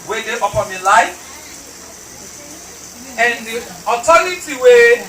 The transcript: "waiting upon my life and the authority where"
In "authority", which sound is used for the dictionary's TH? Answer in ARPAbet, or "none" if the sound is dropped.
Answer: T